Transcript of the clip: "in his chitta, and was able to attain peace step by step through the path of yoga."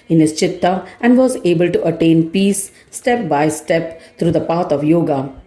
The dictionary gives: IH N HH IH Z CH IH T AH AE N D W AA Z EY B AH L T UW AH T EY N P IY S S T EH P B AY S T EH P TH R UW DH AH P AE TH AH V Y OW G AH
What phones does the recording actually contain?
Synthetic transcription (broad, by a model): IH N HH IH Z CH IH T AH AE N D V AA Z EY B AH L T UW AH T EY N P IY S S T EH P B AY S T EH P T R UW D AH P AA T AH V Y OW G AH